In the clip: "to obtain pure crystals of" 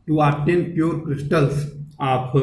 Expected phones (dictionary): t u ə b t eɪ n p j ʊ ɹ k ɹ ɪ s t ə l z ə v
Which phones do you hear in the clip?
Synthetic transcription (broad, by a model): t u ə t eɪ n p j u ɹ k ɹ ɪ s t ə l s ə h